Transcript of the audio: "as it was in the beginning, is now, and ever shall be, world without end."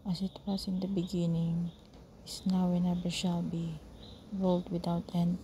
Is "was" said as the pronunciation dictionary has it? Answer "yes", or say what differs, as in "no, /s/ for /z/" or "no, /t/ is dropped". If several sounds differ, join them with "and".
no, /s/ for /z/